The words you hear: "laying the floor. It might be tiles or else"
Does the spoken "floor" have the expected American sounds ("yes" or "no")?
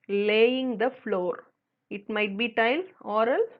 yes